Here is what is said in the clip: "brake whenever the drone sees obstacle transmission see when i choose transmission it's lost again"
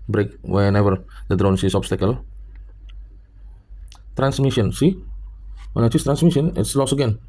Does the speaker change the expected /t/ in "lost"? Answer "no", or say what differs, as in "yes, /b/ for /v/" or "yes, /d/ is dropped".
yes, /t/ is dropped